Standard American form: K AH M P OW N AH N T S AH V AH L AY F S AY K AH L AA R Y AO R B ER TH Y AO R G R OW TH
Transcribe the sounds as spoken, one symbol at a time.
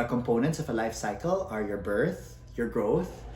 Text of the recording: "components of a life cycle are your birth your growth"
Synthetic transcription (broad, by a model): K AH M P OW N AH N T S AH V AH L AY F S AY K AH L AA R Y AO R B ER TH Y AO R G R OW TH